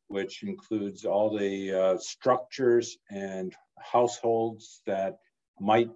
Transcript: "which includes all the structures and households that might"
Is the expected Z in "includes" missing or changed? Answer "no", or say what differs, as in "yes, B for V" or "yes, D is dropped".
no